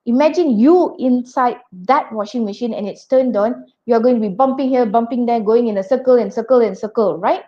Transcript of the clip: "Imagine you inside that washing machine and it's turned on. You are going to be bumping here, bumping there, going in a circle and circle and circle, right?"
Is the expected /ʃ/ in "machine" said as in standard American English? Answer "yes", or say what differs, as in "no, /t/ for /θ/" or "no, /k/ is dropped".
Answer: yes